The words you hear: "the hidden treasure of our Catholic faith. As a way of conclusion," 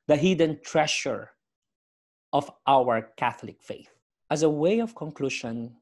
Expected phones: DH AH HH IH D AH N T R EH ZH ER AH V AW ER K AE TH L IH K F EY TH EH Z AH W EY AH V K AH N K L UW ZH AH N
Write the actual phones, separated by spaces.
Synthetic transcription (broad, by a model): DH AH HH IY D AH N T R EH SH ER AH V AW ER K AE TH L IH K F EY TH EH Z AH W EY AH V K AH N K L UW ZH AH N